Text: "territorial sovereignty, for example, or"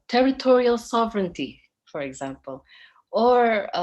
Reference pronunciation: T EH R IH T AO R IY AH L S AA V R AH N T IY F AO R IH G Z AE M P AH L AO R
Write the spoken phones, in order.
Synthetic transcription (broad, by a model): T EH R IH T AO R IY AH L S AA V R AH N T IY F AO R IH G Z AE M P AH L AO R